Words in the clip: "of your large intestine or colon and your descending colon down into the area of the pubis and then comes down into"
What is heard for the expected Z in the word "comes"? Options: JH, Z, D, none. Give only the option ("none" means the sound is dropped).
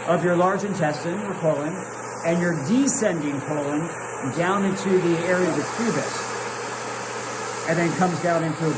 Z